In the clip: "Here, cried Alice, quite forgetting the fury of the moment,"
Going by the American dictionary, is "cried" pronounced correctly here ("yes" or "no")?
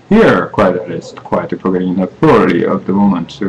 no